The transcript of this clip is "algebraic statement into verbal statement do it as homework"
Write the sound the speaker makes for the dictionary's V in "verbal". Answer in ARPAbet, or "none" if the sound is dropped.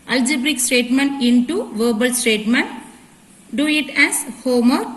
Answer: V